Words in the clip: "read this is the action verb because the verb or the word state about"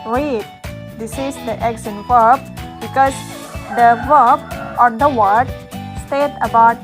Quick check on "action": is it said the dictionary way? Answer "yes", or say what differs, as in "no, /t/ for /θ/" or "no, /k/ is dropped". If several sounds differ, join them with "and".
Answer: no, /s/ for /ʃ/